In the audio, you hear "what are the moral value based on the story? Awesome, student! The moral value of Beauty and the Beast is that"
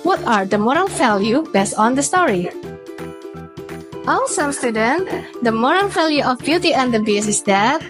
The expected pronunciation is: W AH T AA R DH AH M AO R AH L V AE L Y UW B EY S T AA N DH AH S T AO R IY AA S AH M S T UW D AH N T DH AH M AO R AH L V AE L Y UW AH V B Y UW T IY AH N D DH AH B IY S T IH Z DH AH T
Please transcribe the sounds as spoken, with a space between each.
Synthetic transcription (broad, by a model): W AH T AA R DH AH M AO R AH L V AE L Y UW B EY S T AA N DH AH S T AO R IY AA S AH M S T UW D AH N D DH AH M AO R AH L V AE L Y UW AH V B Y UW T IY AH N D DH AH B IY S IH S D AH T